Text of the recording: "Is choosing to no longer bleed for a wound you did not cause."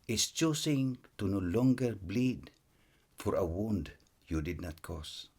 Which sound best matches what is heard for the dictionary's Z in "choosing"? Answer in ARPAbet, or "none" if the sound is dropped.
S